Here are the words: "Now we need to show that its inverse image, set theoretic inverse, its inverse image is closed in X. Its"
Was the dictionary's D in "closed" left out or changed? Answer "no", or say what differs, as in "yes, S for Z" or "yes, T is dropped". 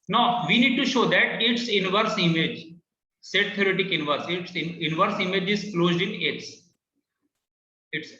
no